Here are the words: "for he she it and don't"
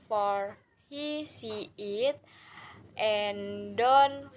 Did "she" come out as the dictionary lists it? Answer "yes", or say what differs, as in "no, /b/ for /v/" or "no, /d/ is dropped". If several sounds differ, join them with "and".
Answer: no, /s/ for /ʃ/